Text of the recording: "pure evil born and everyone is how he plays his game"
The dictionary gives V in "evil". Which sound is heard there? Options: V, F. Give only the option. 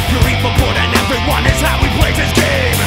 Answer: F